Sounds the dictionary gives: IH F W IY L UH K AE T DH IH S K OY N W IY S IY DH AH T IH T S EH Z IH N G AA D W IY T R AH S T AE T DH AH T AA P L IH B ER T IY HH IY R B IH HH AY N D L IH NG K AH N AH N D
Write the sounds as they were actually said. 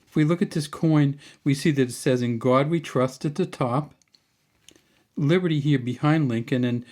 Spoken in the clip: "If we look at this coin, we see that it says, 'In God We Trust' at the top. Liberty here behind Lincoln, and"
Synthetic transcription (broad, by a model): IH F W IY L UH K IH T DH IH S K OY N W IY S IY DH AH T IH T S EH Z IH N G AA D W IY T R AH S T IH T DH AH T AA P L IH B ER T IY HH IY R B IH HH AY N D L IH NG K AH N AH N